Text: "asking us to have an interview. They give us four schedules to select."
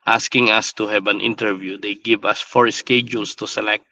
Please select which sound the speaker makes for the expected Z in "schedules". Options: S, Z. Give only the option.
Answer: S